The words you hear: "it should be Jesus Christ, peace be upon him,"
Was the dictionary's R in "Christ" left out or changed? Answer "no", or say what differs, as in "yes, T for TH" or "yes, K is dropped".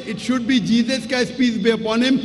yes, R is dropped